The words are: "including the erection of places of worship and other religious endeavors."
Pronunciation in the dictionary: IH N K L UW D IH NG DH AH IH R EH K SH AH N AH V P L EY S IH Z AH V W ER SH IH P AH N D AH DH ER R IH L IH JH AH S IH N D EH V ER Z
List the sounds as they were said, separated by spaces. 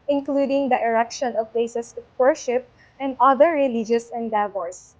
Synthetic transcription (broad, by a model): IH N K L UW D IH NG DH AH IH R EH K SH AH N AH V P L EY S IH S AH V W ER SH IH P AH N D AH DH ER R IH L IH JH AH S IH N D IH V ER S